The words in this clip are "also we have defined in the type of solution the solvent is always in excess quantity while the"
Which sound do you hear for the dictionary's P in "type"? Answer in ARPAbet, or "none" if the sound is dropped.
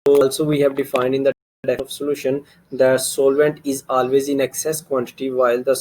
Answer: none